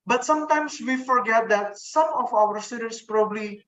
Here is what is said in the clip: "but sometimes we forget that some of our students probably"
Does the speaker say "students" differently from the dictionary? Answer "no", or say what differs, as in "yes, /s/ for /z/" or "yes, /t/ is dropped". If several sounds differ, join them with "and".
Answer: yes, /n/ is dropped